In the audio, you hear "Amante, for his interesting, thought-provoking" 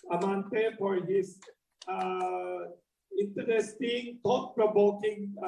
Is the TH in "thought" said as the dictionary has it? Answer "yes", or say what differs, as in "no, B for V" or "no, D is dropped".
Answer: no, T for TH